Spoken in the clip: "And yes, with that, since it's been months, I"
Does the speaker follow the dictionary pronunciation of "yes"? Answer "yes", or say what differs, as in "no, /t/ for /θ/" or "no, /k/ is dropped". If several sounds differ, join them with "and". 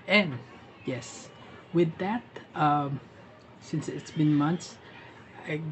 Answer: yes